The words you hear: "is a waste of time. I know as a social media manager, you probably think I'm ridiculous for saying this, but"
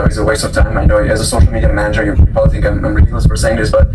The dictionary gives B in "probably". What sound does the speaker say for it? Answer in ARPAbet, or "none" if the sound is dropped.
none